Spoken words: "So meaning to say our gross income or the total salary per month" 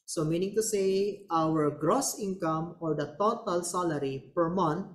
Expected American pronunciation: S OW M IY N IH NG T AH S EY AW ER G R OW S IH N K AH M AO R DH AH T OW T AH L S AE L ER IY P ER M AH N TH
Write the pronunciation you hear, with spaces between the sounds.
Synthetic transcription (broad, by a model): S OW M IY N IH NG T AH S EY AW ER G R OW S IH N K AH M AO R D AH T OW T AH L S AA L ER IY P ER M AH N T